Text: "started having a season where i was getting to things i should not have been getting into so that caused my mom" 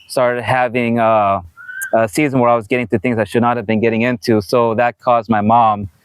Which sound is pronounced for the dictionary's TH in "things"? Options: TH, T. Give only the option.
TH